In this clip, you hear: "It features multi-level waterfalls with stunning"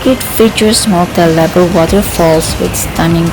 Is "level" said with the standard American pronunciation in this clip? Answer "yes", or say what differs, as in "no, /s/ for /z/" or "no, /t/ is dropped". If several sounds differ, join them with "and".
no, /b/ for /v/